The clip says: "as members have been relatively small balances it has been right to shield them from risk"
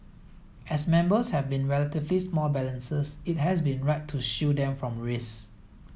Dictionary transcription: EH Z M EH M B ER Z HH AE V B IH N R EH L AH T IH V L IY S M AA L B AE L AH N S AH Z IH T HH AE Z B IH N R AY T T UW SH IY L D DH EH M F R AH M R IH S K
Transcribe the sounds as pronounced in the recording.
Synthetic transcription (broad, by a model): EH S M EH M B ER S HH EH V B IH N R EH L AH T IH V L IY S M AA L B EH L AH N S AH S IH T HH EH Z B IH N R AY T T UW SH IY D EH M F R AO M R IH S